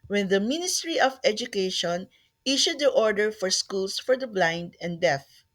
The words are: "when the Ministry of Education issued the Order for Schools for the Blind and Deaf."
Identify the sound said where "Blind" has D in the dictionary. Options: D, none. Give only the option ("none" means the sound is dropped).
D